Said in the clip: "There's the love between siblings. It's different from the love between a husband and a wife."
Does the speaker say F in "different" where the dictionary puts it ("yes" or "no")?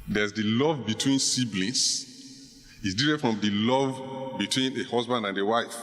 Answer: no